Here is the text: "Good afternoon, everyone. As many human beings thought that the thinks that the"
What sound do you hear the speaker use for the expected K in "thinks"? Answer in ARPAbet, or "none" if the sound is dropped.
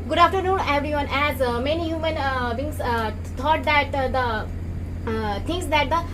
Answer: none